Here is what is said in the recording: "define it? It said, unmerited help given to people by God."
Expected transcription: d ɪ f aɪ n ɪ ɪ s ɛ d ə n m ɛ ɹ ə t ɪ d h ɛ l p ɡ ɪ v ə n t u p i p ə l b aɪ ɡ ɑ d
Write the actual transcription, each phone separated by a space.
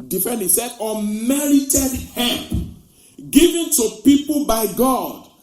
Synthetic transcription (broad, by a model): d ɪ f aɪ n ɪ s ɛ d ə m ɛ ɹ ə t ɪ d h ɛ p ɡ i v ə n t u p i p ə l b aɪ ɡ ɑ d